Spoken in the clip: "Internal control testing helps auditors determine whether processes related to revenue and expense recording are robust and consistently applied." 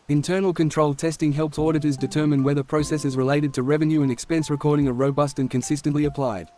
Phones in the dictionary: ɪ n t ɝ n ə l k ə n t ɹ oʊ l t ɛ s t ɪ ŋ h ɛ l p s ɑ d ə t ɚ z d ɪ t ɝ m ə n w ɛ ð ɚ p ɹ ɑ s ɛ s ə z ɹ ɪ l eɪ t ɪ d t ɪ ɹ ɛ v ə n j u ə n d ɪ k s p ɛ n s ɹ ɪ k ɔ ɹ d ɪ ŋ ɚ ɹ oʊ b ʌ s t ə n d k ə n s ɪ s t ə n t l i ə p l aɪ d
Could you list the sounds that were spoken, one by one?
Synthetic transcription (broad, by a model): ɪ n t ɝ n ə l k ə n t ɹ oʊ l t ɛ s t ɪ ŋ h ɛ l p s ɑ d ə t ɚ z d ɪ t ɝ m ə n w ɛ ð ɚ p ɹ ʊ s ɛ s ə z ɹ ɪ l eɪ t ɪ d t ɪ ɹ ɛ v ə n j u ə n ɪ k s p ɛ n s ɹ ɪ k ɔ ɹ d ɪ ŋ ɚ ɹ oʊ b ʌ s t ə n k ə n s ɪ s t ə n t l i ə p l aɪ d